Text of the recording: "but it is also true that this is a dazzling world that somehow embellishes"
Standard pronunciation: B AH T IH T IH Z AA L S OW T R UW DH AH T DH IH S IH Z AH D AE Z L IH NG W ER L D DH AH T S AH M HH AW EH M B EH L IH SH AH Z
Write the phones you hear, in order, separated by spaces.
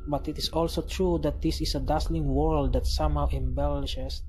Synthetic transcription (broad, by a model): B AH T IH T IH S AA L S OW T R UW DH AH T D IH S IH S AH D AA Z L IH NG W ER L D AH T S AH M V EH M B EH L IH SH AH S